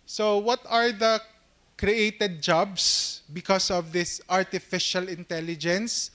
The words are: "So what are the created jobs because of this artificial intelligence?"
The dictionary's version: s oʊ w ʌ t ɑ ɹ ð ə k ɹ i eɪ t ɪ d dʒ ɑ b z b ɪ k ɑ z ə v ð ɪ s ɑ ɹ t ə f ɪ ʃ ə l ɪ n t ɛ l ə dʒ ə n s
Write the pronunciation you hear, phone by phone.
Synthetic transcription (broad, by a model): s oʊ w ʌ t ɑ ɹ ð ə k ɹ i eɪ t ɪ d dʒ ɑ b s b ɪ k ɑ s ə v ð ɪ s ɑ ɹ t ə f ɪ ʃ ə l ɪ n t ɛ l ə dʒ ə n s